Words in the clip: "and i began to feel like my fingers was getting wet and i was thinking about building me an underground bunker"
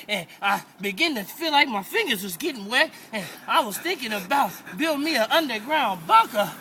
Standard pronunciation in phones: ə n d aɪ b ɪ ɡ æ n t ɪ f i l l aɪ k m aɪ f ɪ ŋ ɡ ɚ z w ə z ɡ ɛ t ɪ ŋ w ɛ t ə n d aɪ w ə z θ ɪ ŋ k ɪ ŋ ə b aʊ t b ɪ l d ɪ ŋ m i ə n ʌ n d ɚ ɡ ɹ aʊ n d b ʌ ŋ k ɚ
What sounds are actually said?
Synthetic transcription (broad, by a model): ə n aɪ b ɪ ɡ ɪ n t ɪ f i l l aɪ k m aɪ f ɪ ŋ ɡ ɚ z w ə z ɡ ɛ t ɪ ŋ w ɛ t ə n aɪ w ə z θ ɪ ŋ k ɪ ŋ ə b aʊ t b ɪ l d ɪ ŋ m i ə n ʌ n d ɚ ɡ ɹ aʊ n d b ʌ k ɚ